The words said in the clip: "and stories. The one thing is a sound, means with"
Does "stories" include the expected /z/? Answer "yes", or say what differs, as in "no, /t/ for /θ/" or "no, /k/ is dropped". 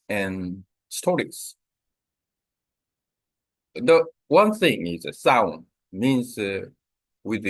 no, /s/ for /z/